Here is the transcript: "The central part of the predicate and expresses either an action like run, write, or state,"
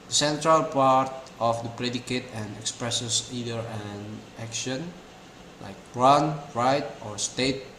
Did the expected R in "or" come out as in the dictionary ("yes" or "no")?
yes